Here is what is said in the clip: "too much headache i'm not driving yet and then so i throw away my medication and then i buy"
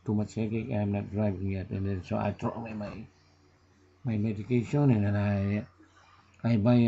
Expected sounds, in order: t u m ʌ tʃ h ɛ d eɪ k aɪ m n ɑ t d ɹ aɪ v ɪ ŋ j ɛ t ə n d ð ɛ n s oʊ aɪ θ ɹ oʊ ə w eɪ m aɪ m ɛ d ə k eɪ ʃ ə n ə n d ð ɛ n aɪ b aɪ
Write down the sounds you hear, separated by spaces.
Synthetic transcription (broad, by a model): t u m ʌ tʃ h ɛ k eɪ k aɪ m n ɑ t d ɹ aɪ v ɪ ŋ j ɛ t ə n d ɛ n s oʊ aɪ t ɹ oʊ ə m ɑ m aɪ m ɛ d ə k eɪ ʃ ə n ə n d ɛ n aɪ b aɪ